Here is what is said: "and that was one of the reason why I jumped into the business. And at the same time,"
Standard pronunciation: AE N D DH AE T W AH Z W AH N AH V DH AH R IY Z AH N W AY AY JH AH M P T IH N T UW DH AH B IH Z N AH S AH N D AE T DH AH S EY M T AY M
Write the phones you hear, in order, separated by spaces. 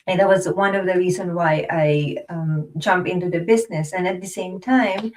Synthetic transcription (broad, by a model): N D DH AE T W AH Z W AH N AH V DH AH R IY Z AH N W AY AY JH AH M P IH N T UW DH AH B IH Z N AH S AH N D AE T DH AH S EY M T AY M